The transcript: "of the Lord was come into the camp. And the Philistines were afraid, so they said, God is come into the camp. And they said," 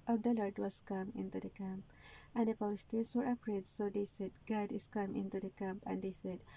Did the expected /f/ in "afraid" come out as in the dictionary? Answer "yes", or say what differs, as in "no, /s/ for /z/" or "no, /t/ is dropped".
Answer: no, /p/ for /f/